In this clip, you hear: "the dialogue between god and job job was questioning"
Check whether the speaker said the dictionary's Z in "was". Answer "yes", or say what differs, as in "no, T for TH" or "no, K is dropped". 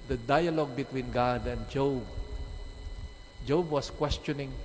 no, S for Z